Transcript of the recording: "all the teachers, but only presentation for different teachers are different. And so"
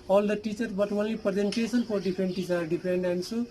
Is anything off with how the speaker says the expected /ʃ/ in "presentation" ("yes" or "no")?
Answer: yes